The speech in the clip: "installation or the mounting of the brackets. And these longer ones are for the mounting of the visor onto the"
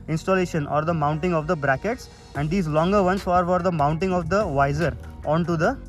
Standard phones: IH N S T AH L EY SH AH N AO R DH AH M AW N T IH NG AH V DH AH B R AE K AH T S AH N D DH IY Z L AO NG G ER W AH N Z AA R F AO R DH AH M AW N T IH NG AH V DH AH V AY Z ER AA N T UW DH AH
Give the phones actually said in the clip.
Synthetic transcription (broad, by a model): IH N S T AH L EY SH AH N AO R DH AH M AW N T IH NG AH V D AH B R AE K AH T S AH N D IY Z L AO NG G ER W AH N S AA R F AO R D AH M AW N T IH NG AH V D AH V AY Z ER AA N T UW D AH